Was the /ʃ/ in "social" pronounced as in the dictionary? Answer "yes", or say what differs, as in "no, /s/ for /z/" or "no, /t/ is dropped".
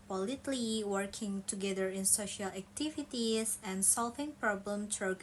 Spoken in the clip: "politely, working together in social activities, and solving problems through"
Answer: yes